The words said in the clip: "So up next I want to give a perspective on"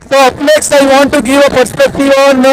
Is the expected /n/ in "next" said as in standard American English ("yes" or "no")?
no